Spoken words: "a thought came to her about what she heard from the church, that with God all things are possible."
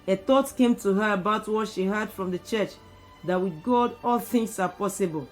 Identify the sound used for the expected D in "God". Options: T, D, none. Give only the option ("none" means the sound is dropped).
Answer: D